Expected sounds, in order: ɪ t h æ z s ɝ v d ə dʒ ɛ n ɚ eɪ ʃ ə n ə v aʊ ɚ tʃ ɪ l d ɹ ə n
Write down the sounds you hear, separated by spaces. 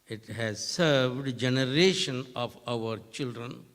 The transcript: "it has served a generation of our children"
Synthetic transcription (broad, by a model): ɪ t h æ z s ɝ v d dʒ ɛ n ɚ eɪ ʃ ə n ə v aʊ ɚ tʃ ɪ l d ɹ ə n